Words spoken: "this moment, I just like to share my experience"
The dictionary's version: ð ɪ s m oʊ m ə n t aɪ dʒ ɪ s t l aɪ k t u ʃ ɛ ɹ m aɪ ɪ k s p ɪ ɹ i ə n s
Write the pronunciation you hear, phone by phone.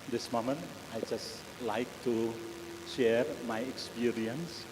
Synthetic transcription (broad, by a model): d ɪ s m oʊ m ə n aɪ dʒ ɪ s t l aɪ k t u ʃ ɛ ɹ m aɪ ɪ k s p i ɹ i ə n s